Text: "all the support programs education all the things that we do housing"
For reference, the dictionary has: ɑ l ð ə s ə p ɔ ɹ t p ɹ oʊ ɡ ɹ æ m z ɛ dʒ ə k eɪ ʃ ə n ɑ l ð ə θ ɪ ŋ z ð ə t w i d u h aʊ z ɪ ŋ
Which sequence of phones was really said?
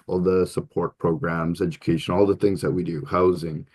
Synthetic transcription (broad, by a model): ɑ l ð ə s ə p ɔ ɹ t p ɹ oʊ ɡ ɹ æ m z ɛ dʒ ə k eɪ ʃ ə n ɑ l ð ə θ ɪ ŋ z ð ə t w i d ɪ h aʊ z ɪ ŋ